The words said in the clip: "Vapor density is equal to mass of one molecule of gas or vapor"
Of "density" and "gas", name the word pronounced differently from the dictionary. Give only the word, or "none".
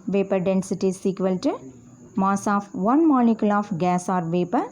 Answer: none